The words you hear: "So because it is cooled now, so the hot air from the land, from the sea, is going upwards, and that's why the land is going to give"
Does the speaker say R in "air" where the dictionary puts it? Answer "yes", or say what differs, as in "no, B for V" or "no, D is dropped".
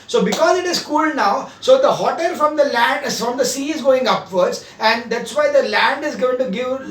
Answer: no, L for R